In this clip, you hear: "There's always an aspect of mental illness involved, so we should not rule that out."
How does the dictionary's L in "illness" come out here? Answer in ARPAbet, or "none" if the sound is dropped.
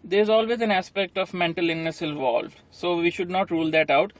none